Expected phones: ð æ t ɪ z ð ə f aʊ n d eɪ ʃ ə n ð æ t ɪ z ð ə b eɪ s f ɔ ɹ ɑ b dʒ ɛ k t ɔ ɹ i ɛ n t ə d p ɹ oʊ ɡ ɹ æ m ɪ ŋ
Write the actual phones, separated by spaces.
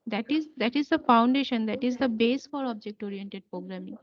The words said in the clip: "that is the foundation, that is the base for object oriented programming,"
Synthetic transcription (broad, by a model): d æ t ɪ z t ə f aʊ n d eɪ ʃ ə n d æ t ɪ z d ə b eɪ s f ɔ ɹ ɑ b dʒ ɛ k t ɔ ɹ i ɛ n t ə d p ɹ oʊ ɡ ɹ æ m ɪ ŋ